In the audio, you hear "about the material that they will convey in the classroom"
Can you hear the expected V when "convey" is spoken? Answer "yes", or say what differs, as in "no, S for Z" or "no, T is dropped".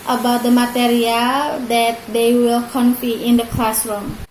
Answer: no, F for V